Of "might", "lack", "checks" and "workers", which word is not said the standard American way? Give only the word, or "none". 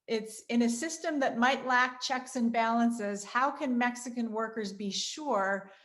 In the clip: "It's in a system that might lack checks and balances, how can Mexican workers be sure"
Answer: none